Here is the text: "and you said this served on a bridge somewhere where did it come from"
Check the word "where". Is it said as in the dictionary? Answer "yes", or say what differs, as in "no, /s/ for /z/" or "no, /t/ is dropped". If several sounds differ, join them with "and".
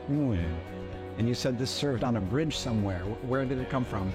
yes